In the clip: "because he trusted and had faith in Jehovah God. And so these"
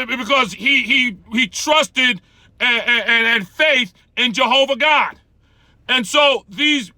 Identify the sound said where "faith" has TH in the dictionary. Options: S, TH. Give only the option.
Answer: TH